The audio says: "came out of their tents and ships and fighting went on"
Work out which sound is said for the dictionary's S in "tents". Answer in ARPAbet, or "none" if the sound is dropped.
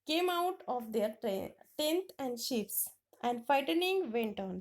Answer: none